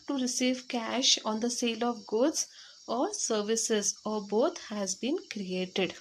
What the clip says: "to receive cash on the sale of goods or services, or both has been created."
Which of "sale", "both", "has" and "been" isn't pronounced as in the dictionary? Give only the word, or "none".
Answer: both